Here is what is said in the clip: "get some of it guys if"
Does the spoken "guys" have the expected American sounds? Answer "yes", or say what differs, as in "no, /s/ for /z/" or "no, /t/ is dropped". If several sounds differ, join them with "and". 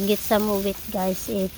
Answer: no, /s/ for /z/